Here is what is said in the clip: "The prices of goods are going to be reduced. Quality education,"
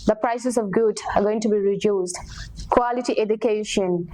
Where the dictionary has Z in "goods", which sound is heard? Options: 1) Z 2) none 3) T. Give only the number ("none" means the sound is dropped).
2